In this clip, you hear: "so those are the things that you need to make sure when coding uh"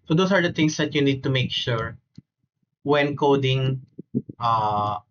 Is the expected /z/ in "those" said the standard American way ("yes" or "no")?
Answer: no